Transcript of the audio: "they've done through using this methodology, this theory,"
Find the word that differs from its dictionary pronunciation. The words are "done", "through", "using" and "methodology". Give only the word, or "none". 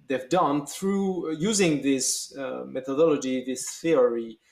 none